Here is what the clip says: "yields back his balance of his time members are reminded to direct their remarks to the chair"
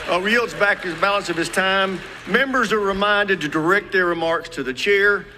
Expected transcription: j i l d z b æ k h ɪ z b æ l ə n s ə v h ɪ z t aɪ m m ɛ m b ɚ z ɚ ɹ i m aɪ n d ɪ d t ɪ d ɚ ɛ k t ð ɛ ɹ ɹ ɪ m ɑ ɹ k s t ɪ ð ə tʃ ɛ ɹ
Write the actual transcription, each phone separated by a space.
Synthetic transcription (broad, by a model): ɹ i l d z b æ k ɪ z b æ l ə n s ə v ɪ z t aɪ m m ɛ m b ɚ z ɚ ɹ i m aɪ n d ɪ d t ɪ d ɚ ɛ k t ð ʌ ɹ ɹ ɪ m ɑ ɹ k s t ɪ ð ə tʃ ɛ ɹ